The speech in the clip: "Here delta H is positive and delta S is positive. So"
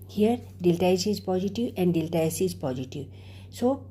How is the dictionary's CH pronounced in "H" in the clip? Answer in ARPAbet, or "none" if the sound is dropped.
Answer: S